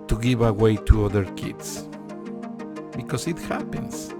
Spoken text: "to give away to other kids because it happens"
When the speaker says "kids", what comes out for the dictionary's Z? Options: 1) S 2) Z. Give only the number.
1